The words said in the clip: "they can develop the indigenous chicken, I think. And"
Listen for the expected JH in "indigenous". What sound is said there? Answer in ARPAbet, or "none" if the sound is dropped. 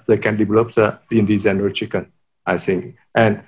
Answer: Z